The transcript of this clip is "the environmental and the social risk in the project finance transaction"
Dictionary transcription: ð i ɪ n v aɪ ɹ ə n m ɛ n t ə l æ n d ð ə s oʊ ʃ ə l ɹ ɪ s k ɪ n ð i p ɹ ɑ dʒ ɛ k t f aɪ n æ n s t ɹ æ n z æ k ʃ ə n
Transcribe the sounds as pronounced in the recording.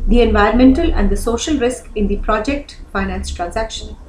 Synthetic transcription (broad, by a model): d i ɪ n v aɪ ə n m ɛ n t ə l æ n d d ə s oʊ ʃ ə l ɹ ɪ s k ɪ n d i p ɹ ɑ dʒ ɛ k t f aɪ n æ n s t ɹ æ n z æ k ʃ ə n